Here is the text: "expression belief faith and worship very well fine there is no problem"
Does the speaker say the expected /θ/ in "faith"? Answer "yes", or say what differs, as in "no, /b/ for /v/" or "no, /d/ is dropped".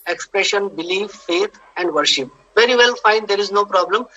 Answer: no, /t/ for /θ/